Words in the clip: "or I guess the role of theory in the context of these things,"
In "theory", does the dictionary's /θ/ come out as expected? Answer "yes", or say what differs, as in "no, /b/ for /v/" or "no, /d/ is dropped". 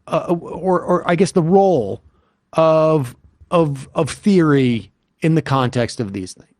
yes